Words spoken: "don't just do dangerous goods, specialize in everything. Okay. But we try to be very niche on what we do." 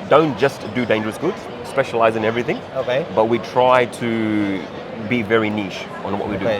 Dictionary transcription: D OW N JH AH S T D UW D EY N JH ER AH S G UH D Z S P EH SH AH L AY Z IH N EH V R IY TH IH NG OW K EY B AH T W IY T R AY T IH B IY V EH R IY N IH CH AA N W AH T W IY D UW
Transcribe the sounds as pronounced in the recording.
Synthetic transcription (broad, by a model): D OW N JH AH S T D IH D EY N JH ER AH S G UH D Z S P EH SH AH L AY Z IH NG EH V R IY TH IH NG OW K EY B AH T W IY T R AY T IH B IY V EH R IY N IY SH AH N W AH T W IY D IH